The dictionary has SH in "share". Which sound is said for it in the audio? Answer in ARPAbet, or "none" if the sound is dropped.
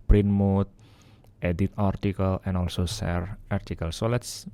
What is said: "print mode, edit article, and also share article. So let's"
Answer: S